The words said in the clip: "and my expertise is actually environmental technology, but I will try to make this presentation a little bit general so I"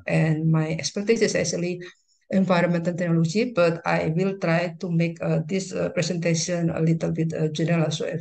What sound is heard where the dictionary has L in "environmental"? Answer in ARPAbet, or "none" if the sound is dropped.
N